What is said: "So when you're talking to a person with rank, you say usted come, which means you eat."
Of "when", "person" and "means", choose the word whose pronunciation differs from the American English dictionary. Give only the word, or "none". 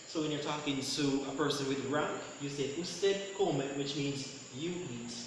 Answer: none